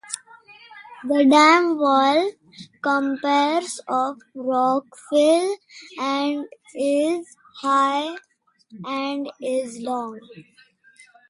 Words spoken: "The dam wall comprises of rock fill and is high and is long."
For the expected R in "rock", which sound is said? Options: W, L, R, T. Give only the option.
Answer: R